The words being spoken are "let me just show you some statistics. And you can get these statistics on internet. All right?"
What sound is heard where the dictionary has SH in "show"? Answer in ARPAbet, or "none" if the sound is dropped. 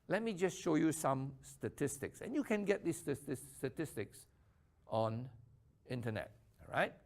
SH